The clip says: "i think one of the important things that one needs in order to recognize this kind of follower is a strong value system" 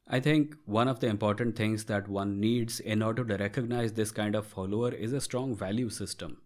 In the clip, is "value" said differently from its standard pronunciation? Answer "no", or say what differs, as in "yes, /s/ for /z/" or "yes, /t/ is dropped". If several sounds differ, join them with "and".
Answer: no